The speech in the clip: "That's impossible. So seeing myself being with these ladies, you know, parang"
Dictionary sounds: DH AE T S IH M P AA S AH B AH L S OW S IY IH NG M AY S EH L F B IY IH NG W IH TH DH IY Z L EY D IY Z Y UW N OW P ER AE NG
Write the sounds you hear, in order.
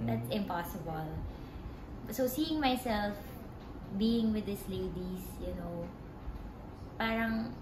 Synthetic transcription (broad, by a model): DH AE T S IH M P AA S AH B AH L S OW S IY IH NG M AY S EH L F B IY IH NG W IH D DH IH S L EY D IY S Y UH N OW P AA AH NG